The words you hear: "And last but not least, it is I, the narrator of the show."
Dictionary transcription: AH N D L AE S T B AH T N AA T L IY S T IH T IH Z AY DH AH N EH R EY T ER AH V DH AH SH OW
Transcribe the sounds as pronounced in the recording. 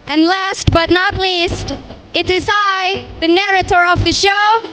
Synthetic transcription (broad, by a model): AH N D L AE S T B AH T N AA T L IY S T IH T IH Z AY DH AH N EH R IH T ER AH V DH AH SH OW